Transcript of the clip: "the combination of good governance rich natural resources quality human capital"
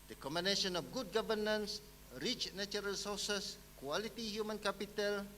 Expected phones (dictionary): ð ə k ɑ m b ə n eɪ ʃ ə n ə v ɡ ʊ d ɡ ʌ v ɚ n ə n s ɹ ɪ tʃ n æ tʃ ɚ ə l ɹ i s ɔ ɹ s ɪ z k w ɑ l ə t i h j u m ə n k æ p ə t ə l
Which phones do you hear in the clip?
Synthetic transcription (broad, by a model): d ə k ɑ m ə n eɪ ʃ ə n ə f ɡ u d ɡ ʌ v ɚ n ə n s ɹ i tʃ n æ tʃ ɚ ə l s ɔ s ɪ s k w ɑ l ə t i h j u m ə n k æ p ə t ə l